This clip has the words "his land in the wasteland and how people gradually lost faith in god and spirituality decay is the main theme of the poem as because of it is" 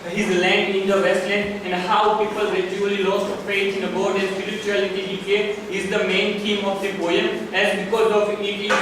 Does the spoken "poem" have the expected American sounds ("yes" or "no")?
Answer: no